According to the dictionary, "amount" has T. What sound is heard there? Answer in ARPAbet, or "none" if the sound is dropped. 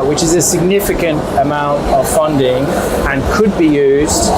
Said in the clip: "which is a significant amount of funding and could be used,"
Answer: T